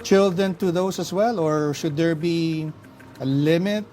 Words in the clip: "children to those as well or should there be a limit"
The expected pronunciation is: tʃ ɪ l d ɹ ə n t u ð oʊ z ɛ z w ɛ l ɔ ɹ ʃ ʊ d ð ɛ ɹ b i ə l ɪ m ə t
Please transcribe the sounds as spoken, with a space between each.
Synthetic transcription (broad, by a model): tʃ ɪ l d ɹ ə n t u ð oʊ s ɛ s w ɛ l ɔ ɹ ʃ ʊ d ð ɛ ɹ b i ə l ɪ m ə t